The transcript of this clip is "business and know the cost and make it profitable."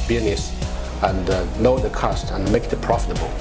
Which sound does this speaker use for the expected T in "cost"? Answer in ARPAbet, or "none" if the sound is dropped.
T